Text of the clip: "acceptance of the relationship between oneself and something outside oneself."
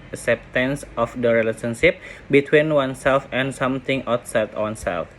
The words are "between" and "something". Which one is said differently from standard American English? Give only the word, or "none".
something